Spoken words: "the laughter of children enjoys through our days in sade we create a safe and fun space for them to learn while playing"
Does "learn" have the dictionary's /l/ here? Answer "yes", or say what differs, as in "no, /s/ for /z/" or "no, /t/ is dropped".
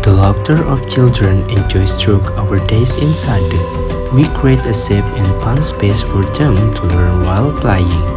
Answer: no, /w/ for /l/